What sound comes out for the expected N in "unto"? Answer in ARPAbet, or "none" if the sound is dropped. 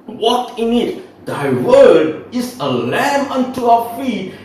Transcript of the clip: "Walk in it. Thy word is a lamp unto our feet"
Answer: N